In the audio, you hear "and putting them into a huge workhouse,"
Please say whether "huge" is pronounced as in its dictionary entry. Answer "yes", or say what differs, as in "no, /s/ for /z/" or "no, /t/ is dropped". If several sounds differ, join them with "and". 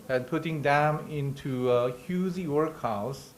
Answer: no, /z/ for /dʒ/